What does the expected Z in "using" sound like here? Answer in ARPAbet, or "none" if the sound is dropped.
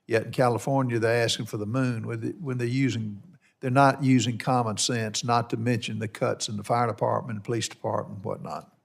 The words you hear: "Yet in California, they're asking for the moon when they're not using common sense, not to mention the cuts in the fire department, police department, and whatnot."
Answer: Z